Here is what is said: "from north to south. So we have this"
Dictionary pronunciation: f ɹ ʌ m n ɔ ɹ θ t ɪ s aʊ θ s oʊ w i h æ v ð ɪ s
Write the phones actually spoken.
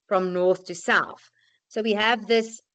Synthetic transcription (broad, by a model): f ɹ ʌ m n ɔ ɹ θ t ɪ s aʊ θ s oʊ w i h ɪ v ð ɪ s